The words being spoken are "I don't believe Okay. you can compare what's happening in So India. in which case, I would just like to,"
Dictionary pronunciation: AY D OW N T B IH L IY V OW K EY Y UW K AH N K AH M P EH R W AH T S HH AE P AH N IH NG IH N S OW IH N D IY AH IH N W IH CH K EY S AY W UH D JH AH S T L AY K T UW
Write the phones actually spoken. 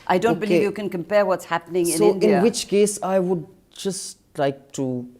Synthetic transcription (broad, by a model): AY D OW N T B IH L IY V Y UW K AH N K AH M P EH R W AH T S HH AE P AH N IH NG IH N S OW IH N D IH N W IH CH K EY S AY W UH D JH AH S T L AY K T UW